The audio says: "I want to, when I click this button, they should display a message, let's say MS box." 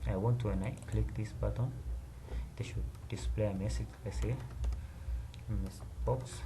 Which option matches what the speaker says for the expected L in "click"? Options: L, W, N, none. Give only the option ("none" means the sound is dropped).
L